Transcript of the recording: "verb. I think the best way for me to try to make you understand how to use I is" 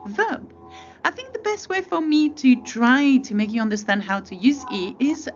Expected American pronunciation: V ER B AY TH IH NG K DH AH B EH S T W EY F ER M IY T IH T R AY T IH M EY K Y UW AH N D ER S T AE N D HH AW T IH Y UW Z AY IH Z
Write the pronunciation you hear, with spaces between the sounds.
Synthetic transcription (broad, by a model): V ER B AY TH IH NG K DH AH B EH S T W EY F ER M IY T IH T R AY T IH M EY K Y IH AH N D ER S T AE N D HH AW T IH Y UW Z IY IH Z